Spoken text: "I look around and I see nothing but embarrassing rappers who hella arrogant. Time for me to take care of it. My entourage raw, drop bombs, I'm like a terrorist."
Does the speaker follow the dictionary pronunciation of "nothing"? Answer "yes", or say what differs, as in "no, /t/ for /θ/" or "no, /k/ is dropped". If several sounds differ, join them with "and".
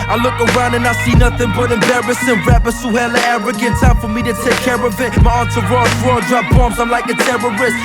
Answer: yes